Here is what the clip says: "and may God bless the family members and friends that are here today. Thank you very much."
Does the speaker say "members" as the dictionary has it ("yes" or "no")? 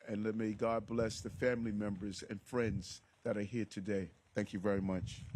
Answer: yes